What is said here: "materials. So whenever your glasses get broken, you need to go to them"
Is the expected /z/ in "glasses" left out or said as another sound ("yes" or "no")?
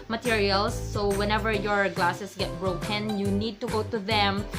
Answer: yes